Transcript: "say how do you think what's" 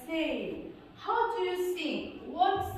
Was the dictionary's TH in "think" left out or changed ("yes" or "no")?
yes